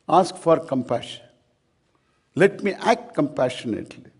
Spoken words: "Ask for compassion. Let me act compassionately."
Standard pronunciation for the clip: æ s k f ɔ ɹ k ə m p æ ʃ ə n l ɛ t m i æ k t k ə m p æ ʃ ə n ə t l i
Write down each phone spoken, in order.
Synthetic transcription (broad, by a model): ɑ s k f ɔ ɹ k ə m p æ ʃ ə n l ɛ t m i æ k t k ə m p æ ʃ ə n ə t l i